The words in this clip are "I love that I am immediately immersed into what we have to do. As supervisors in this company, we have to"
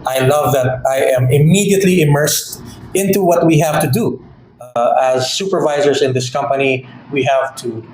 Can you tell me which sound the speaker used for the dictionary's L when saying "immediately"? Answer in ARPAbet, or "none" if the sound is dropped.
L